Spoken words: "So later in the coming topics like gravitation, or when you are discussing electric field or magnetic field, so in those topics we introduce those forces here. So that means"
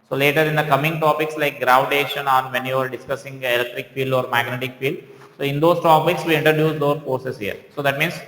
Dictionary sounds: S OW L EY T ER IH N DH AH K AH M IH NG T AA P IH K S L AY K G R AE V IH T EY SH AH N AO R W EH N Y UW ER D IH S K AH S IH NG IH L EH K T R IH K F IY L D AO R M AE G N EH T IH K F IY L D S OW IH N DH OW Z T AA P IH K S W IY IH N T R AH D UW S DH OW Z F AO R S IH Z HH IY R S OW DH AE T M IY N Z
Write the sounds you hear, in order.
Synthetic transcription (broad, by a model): S OW L EY T ER IH N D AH K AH M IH NG T AA P IH K S L AY K G R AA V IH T EY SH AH N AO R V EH N Y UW ER D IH S K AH S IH NG IH L EH K T R IH K F IY L D AO R M AE G N EH T IH K F IY L D S OW IH N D OW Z T AA P IH K S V IY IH N T R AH D UW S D OW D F AO R S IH S HH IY R S OW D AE T M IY N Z